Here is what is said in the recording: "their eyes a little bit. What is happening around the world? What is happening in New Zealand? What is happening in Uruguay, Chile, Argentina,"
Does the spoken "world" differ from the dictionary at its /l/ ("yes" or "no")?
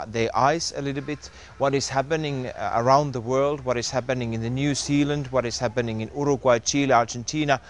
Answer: no